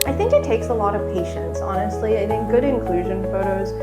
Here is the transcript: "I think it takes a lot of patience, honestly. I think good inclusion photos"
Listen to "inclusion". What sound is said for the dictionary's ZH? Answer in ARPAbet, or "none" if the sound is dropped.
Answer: ZH